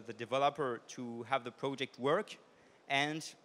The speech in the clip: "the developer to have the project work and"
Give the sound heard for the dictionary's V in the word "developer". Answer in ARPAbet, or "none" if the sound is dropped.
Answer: V